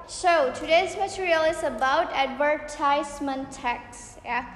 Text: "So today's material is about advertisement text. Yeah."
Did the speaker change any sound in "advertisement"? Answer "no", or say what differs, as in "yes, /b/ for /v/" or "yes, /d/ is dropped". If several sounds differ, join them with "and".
yes, /w/ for /v/ and /s/ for /z/